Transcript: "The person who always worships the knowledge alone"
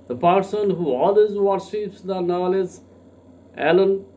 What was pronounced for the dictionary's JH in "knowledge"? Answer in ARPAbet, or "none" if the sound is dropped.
Z